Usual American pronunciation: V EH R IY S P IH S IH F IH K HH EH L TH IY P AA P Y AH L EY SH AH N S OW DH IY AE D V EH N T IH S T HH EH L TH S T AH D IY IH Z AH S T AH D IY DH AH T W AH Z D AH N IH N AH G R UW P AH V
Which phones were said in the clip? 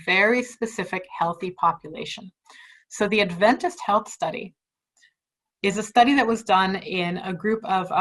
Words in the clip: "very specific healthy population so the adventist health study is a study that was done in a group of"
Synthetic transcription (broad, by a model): V EH R IY S P IH S IH F IH K HH EH L TH IY P AA P Y AH L EY SH AH N S OW DH IY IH D V EH N T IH S T HH EH L TH S T AH D IY IH Z AH S T AH D IY DH AH T W AH Z D AH N IH N AH G R UW P AH V